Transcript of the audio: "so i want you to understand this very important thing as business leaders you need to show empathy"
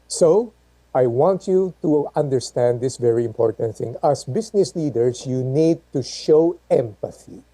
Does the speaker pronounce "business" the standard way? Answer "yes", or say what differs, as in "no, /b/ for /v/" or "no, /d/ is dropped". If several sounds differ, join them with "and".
no, /s/ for /z/